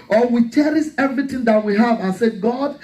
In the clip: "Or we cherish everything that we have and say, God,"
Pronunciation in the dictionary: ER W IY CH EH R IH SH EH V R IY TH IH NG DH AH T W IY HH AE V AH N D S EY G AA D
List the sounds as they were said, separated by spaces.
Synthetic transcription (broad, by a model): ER W IY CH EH R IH S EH V R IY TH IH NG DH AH T W IY HH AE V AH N S EY G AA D